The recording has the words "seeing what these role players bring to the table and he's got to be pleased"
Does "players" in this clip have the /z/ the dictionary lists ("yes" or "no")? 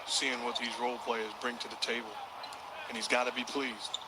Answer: yes